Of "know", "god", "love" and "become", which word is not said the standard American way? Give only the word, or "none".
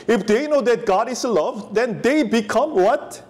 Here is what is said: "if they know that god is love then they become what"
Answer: none